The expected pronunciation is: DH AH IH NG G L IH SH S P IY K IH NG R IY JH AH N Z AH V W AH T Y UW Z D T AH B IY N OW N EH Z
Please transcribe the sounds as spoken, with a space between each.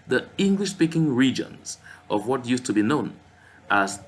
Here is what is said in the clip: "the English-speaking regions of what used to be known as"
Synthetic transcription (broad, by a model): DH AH IH NG G L IH SH S P IY K IH NG R IY JH AH N Z AH V W AH T Y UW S T AH B IY N OW N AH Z